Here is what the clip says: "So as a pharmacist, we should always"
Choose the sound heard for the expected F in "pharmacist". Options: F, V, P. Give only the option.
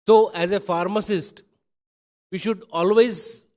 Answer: F